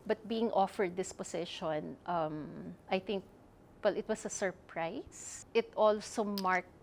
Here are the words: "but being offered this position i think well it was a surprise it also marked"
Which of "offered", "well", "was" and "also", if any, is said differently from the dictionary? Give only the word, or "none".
was